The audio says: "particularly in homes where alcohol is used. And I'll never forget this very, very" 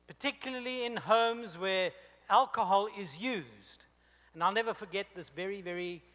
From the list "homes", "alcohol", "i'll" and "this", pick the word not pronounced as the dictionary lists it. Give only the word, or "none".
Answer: none